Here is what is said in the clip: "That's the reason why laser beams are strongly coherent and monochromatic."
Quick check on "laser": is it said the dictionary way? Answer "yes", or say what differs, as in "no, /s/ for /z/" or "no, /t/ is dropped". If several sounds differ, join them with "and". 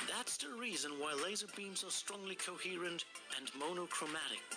yes